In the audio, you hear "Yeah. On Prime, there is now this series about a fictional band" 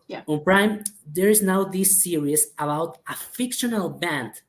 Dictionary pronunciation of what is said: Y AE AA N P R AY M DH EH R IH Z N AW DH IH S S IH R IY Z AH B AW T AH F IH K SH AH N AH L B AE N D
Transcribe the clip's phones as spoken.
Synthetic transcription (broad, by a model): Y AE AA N P R AY M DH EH R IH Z N AW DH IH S S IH R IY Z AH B AW T AH F IH K SH AH N AH L B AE N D